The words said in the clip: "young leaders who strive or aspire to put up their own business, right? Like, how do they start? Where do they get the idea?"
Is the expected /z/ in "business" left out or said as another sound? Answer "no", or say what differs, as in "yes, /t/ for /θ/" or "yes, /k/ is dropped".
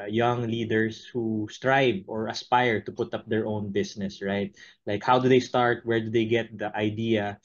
yes, /s/ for /z/